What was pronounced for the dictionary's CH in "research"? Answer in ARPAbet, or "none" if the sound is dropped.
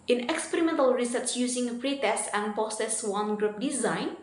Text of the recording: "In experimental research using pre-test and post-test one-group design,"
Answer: S